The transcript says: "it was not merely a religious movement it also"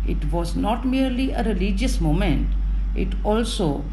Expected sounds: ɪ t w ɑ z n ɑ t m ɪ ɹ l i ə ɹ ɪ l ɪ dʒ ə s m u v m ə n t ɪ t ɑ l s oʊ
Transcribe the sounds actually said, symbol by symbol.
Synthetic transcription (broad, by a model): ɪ t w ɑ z n ɑ t m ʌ ɹ l i ə ɹ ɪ l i dʒ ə s m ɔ m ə n t ɪ t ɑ l s oʊ